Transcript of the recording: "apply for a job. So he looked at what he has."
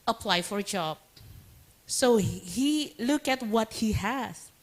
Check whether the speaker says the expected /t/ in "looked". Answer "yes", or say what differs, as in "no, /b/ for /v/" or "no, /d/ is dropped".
no, /t/ is dropped